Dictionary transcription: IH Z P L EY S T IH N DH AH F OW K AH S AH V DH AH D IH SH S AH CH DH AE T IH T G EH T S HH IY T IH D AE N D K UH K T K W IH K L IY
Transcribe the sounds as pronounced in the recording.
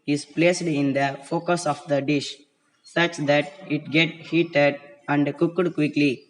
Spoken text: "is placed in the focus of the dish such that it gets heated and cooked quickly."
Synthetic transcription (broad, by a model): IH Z P L EY S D IH N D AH F OW K AH S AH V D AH D IH SH S AH CH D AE T IH T G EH T HH IY T IH D AE N D K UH K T K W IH K L IY